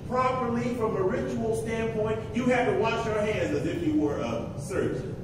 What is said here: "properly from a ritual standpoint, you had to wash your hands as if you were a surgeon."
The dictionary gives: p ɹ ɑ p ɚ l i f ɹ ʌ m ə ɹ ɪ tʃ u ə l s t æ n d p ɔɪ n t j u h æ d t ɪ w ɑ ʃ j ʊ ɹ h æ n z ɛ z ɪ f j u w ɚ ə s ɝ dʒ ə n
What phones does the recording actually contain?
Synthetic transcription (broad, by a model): p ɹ ɑ p ɚ l i f ɹ ʌ m ə ɹ ɪ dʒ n l s t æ n p ɔɪ n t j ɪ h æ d t ɪ w ɑ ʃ j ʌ ɹ h æ n z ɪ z ɪ f j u w ɚ ə s ɝ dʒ